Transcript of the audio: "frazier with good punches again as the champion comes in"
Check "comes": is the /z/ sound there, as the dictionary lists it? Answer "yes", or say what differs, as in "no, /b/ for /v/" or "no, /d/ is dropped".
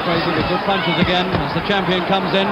yes